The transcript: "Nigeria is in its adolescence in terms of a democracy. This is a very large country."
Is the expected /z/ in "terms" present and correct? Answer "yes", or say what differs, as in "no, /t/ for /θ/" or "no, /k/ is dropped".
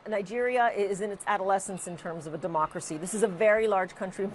yes